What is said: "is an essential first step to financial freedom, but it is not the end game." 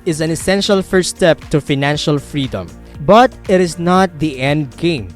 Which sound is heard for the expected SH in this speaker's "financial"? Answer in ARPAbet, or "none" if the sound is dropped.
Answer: SH